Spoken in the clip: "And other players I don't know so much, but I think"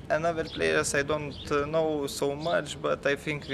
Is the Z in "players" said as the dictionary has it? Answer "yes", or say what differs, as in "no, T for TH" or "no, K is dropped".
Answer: no, S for Z